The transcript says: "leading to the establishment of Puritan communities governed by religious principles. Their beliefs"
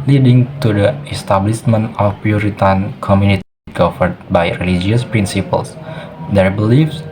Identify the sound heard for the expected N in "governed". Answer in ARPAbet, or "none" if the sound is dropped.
none